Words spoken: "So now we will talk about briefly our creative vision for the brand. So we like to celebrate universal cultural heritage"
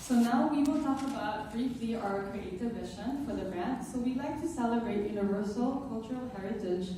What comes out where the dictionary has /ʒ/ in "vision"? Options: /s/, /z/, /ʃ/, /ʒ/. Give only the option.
/ʃ/